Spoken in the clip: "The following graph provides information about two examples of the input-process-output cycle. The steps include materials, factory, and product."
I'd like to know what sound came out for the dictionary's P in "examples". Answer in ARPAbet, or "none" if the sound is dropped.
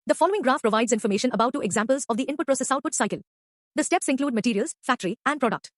P